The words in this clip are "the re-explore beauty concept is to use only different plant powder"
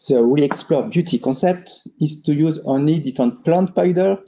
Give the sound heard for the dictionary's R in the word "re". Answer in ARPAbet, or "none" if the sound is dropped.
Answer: W